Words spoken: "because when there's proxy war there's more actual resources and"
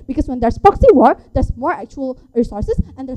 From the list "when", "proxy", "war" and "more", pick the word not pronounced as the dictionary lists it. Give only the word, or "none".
proxy